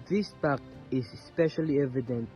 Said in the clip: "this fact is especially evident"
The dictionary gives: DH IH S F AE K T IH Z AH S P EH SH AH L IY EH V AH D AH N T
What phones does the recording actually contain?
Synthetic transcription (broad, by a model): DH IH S P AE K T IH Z S P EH SH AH L IY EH V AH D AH N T